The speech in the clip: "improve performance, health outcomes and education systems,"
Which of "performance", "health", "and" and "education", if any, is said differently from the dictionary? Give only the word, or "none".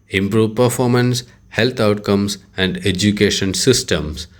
health